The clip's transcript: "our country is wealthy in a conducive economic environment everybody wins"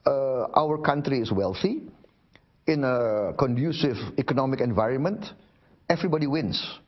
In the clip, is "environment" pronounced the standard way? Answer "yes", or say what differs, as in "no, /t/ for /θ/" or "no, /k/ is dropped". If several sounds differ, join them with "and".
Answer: yes